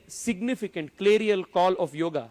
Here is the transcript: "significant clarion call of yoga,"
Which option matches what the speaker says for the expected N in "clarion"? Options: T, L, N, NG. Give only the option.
L